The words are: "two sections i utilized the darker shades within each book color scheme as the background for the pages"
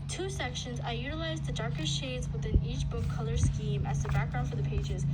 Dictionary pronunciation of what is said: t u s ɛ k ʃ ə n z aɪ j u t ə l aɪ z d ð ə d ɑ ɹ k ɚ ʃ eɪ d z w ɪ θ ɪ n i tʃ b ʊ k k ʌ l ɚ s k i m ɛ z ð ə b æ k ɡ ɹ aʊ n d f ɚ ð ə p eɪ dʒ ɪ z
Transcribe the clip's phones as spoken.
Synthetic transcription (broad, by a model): t u s ɛ k ʃ ə n z aɪ j u t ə l aɪ z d ð ə d ɑ ɹ k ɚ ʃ eɪ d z w ɪ θ ɪ n i tʃ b ʊ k k ʌ l ɚ s k i m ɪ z ð ə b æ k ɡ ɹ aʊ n f ɚ ð ə p eɪ dʒ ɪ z